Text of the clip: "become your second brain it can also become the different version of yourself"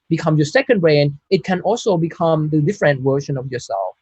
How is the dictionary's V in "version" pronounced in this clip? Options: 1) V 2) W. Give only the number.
2